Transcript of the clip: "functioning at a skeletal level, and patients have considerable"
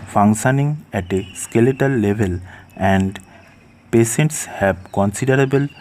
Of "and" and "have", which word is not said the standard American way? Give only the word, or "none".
have